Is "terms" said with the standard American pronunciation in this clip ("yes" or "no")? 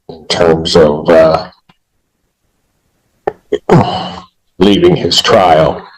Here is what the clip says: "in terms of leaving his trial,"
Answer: yes